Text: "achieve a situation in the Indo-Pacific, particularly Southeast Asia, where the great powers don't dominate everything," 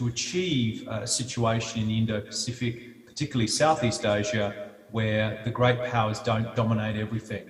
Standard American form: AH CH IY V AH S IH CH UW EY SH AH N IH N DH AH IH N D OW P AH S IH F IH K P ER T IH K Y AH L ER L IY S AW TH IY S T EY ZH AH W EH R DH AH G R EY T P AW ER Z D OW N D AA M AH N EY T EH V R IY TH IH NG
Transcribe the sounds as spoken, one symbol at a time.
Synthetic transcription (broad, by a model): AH CH IY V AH S IH CH UW EY SH AH N IH N IH N D OW P AH S IH F IH K P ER T IH K Y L L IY S AW TH IY S T EY ZH AH W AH R DH AH G R EY T P AW ER Z D OW N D AA M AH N EY T EH V R IY TH IH NG